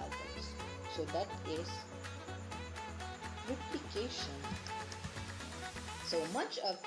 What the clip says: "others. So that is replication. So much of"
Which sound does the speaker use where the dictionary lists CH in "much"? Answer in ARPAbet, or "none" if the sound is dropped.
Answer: CH